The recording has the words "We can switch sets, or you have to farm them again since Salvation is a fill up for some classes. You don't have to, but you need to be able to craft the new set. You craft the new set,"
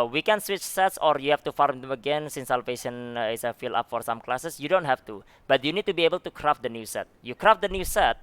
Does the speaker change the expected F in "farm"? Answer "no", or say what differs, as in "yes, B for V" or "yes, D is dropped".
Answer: no